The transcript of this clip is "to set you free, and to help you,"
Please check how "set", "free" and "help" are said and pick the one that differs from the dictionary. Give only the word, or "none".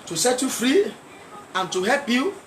none